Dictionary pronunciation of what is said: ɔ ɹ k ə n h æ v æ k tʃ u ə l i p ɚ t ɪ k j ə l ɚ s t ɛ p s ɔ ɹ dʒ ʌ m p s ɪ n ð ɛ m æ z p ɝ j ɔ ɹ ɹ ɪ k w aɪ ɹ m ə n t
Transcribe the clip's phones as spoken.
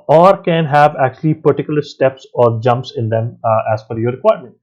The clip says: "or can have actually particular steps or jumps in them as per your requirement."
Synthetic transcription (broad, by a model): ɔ ɹ k ə n h æ v æ k tʃ u ə l i p ɚ t ɪ k j ə l ɚ s t ɛ p s ɔ ɹ dʒ ʌ m p s ɪ n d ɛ m æ z f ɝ j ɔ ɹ ɹ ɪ k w aɪ ɹ m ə n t